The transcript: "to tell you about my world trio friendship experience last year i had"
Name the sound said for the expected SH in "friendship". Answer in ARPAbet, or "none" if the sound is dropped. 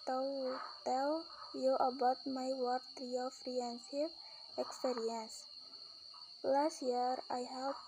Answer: S